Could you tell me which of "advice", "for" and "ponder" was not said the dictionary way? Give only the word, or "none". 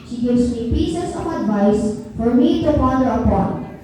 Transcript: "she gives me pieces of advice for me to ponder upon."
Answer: ponder